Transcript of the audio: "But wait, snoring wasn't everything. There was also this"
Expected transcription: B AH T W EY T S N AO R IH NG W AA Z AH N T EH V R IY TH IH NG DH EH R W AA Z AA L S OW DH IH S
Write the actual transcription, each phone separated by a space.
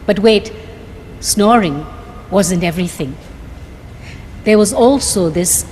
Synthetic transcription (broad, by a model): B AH T W EY T S N AO R IH NG W AA Z AH N T EH V R IY TH IH NG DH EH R W AA Z AA L S OW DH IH S